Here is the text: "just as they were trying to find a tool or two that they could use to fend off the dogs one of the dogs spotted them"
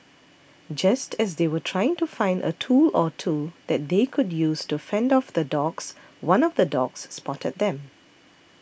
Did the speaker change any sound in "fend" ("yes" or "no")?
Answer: no